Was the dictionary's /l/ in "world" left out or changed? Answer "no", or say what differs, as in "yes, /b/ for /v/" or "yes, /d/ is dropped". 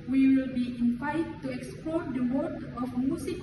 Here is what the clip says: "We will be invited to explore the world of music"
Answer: yes, /l/ is dropped